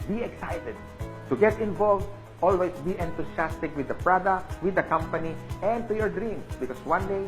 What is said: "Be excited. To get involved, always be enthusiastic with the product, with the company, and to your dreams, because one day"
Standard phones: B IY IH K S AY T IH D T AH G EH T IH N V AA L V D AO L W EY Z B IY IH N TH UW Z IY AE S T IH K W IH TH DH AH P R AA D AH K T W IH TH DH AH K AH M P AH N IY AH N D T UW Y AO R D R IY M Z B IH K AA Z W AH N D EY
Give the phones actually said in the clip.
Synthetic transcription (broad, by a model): B IY IH K S AY T IH D T AH G EH T IH N V AA L V D AO L W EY S B IY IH N T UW S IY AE S T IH K W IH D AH P R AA D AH K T W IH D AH K AH M P AH N IY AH N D T UW Y AO R D R IY M S B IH K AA S W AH N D EY